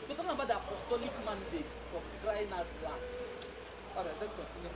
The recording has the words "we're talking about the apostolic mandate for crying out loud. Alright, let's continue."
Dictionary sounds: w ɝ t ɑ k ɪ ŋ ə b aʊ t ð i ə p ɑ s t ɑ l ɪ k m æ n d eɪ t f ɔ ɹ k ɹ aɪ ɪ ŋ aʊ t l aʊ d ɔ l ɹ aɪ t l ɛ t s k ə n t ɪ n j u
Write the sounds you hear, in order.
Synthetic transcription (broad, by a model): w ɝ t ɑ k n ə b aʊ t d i ə p ɑ s t ɑ l ɪ k m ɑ n d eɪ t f ɔ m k ɹ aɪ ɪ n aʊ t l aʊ ɔ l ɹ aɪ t l ɛ t s k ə n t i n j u